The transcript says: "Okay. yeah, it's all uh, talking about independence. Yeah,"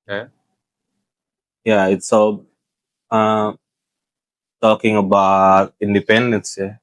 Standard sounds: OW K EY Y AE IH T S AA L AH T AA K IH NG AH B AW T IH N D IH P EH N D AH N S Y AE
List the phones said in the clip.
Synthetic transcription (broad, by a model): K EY Y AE IH T S AA L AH T AA K IH NG AH B AW T IH N D IH P EH N D AH N S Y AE